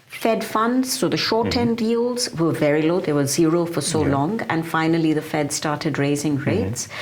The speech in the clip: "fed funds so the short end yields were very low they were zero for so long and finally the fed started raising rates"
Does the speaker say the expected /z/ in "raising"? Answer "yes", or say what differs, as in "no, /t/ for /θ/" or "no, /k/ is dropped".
yes